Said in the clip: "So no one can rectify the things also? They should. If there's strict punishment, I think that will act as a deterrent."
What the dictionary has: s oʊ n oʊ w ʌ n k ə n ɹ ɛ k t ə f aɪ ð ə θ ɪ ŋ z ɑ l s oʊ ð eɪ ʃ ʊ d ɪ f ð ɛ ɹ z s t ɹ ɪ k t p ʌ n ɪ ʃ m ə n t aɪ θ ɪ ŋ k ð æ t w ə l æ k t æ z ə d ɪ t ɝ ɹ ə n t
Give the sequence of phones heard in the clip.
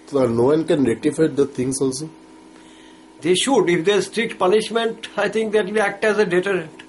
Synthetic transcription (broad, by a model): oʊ n oʊ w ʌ n k ə n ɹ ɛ t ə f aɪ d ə t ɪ ŋ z ɑ l s oʊ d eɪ ʃ ʊ d ɪ f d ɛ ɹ s t ɹ ɪ k t p ʌ n ɪ ʃ m ə n t aɪ t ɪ ŋ k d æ t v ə æ k t æ z ə d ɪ t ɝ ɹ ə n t